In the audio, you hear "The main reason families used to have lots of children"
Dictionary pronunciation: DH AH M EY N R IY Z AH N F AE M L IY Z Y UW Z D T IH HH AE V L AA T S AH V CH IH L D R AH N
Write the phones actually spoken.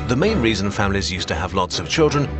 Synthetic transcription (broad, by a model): DH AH M EY N R IY Z AH N F AE M L IY Z Y UW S T IH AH V L AA T S AH V CH IH L D R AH N